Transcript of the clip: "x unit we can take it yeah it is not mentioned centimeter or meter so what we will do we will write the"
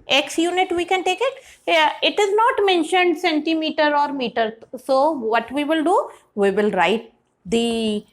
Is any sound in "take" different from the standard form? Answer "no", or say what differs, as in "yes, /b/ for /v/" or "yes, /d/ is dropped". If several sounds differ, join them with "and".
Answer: no